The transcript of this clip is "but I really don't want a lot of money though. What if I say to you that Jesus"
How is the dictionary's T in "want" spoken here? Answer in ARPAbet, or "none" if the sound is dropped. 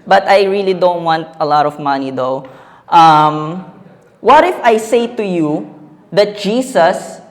T